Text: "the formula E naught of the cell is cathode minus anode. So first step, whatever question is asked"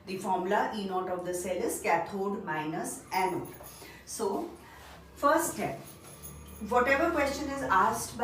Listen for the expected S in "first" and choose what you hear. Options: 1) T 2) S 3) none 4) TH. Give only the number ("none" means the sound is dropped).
3